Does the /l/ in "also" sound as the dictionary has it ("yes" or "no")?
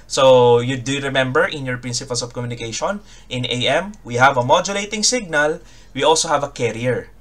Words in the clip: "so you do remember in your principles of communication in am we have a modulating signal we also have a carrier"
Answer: yes